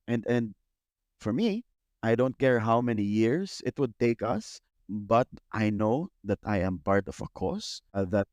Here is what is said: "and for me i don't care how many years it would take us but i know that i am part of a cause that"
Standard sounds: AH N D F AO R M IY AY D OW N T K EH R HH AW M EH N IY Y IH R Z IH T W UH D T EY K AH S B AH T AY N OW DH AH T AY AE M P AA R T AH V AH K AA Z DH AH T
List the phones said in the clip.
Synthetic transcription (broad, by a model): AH N D F AO R M IY AY D OW N T K EH R HH AW M EH N IY Y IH R S IH T W UH D T EY K AH S B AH T AY N OW DH AH T AY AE M P AA R T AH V AH K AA S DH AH T